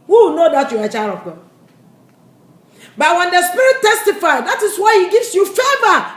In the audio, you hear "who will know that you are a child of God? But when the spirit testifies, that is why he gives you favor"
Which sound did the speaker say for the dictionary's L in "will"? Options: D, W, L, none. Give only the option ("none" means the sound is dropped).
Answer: W